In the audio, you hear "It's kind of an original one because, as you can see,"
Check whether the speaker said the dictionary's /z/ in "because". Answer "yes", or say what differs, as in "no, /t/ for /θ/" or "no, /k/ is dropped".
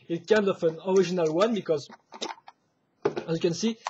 yes